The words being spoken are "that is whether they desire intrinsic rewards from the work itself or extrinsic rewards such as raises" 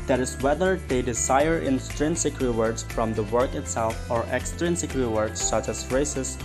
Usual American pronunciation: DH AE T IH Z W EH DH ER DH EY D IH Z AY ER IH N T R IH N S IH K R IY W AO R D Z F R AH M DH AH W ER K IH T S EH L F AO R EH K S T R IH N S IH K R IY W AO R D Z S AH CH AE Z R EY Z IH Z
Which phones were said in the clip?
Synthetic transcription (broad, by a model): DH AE T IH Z W EH DH ER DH EY D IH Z AY ER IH N T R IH N S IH K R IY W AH R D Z F R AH M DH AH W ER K IH T S EH L F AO R EH K S T R IH N S IH K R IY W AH R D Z S AH CH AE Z R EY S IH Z